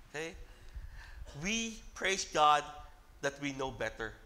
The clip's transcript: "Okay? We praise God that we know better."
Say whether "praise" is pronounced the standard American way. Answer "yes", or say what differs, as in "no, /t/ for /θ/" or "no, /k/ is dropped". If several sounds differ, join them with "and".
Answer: no, /s/ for /z/